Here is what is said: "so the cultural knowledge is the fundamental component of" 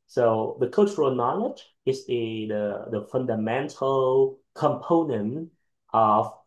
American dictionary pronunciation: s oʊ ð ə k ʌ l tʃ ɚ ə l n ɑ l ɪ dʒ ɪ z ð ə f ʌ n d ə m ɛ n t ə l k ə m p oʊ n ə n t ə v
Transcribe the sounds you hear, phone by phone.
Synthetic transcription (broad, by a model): s oʊ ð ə k ʌ l tʃ ɚ ə l n ɑ l ɪ dʒ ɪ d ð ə f ʌ n d ə m ɛ n t ə l k ə m p oʊ n ə n t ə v